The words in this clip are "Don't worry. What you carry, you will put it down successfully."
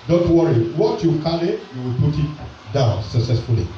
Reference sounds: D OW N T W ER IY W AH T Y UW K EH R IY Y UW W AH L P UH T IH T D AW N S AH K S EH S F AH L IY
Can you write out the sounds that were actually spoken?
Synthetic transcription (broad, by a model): D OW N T W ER IY W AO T Y UW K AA L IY Y UW W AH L P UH T IH T D AW N S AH K S EH S F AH L IY